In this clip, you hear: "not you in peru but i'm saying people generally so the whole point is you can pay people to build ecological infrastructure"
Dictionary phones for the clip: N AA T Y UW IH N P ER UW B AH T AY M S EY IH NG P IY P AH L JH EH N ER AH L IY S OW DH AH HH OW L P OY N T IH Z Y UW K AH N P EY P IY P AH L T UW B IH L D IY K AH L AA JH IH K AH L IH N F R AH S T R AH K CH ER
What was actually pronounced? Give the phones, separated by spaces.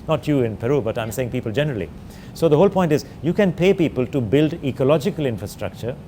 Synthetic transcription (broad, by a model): N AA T Y UW IH N P ER UW B AH T AY M S EY IH NG P IY P AH L JH EH N ER AH L IY S OW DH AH HH OW L P OY N T IH Z Y UW K AH N P EY P IY P AH L T UW B IH L D IY K AH L AA JH IH K AH L IH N F R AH S T R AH K CH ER